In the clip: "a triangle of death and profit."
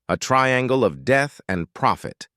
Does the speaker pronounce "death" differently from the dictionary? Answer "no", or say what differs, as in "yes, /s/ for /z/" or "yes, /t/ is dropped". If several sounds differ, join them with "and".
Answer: no